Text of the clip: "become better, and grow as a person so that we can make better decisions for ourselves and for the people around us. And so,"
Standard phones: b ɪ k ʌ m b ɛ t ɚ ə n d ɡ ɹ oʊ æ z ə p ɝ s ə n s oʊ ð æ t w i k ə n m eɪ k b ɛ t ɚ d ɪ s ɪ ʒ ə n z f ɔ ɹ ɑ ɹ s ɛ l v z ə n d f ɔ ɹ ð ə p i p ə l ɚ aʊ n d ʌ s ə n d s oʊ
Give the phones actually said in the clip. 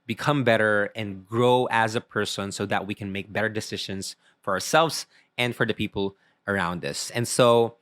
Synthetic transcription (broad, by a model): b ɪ k ʌ m b ɛ t ɚ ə n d ɡ ɹ oʊ æ z ə p ɝ s ə n s oʊ ð æ t w i k ə n m eɪ k b ɛ t ɚ d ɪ s ɪ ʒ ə n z f ɔ ɹ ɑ ɹ s ɛ l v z ə n d f ɔ ɹ ð ə p i p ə l ɚ aʊ n d ʌ s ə n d s oʊ